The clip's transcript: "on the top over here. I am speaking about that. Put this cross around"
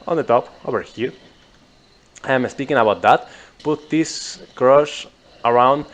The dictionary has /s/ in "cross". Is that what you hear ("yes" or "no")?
no